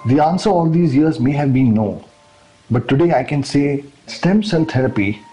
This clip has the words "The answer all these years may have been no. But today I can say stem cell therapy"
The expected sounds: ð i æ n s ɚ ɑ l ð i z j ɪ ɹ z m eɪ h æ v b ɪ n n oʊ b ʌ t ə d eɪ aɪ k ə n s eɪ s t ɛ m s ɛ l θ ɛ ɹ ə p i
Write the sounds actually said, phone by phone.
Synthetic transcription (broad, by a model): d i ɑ n s ɚ ɑ l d i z j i ɹ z m eɪ h æ v b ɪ n n b ʌ t ə d eɪ aɪ k ə n s eɪ s t ɛ m s ɛ l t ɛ ɹ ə p i